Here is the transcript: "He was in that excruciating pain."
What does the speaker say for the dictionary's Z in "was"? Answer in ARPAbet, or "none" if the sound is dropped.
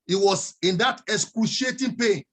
S